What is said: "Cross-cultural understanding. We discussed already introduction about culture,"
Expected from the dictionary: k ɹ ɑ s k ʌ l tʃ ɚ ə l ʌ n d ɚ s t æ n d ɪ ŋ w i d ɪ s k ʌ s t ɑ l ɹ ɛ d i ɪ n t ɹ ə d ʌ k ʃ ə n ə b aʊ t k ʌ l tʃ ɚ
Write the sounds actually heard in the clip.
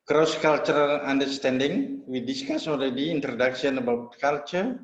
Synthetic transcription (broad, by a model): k ɹ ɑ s k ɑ l tʃ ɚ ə l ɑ n d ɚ s t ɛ n d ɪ ŋ w i d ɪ s k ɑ s ɑ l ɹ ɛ d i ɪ n t ɹ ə d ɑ k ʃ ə n ə b aʊ t k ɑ l tʃ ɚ